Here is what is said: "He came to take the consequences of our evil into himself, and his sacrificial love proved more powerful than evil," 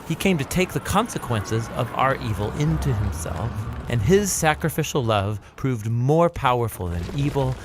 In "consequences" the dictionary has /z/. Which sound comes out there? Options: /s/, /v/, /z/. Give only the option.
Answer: /z/